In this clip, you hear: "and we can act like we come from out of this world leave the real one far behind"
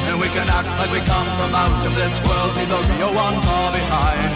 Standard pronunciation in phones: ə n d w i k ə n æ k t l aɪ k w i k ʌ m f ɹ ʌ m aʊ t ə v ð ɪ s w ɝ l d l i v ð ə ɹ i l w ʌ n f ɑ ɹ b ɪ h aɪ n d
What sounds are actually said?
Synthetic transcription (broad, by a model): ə n w i k ə n æ k t l aɪ k w i k ʌ m f ɹ ʌ m aʊ t ə v ð ɪ s w ɝ l d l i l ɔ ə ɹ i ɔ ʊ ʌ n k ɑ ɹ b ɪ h aɪ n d